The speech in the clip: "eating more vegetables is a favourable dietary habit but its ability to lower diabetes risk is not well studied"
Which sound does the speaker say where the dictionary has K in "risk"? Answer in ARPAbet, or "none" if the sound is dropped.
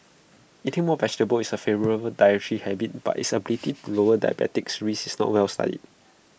none